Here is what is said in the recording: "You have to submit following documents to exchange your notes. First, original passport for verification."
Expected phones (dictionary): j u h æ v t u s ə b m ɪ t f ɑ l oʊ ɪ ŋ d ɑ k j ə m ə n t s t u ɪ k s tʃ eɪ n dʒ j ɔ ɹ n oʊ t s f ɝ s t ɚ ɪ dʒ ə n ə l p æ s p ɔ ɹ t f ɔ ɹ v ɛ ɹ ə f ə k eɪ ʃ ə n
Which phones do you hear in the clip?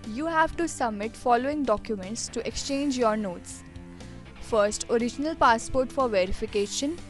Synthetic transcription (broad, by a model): j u h æ v t u s ə b m ɪ t f ɑ l oʊ ɪ ŋ d ɑ k j ə m ə n t s t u ɪ k s tʃ eɪ n dʒ j ɔ ɹ n oʊ t s f ɝ s t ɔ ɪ dʒ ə n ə l p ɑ s p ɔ ɹ t f ɔ ɹ v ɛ ɹ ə f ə k eɪ ʃ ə n